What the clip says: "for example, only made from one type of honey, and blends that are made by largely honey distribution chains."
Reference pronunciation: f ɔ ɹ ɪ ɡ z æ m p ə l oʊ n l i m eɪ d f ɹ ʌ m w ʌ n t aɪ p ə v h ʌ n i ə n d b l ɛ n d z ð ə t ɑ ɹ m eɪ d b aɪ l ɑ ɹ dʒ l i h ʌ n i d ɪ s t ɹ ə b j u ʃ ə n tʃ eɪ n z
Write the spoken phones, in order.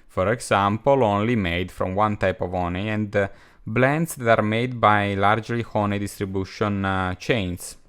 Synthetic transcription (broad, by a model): f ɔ ɹ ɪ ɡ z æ m p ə l oʊ n l i m eɪ d f ɹ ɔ m w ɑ n t aɪ p ə v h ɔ n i ə n d b l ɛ n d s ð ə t ɑ ɹ m eɪ d b aɪ l ɑ ɹ dʒ l i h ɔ n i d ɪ s t ɹ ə b j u ʃ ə n tʃ eɪ n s